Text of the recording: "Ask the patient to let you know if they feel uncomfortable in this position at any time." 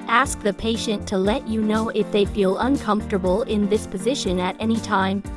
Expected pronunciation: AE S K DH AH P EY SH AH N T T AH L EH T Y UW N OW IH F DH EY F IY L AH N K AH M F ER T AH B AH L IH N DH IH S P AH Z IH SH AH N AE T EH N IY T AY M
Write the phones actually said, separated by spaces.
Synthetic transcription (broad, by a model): AE S K DH AH P EY SH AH N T T AH L EH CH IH N OW IH F DH EY F IY L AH N K AH M F T AH B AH L IH N DH IH S P AH Z IH SH AH N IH T EH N IY T AY M